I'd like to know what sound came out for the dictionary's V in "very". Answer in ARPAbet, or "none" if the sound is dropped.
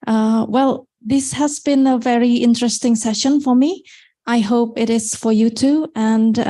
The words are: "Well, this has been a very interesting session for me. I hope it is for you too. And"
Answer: V